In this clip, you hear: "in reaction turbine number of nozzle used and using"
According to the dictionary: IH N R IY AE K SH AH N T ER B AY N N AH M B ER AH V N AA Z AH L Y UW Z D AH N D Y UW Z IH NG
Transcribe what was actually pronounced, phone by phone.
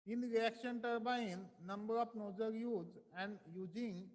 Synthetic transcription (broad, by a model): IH N R IY AE K SH AH N T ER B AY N N AH M B ER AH F N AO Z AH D Y UW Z AH N D Y UW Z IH NG